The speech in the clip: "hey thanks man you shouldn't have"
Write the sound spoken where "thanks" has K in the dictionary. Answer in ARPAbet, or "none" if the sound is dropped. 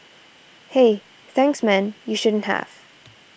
K